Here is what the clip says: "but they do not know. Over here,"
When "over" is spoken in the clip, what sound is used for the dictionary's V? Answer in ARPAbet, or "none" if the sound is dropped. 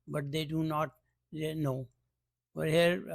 none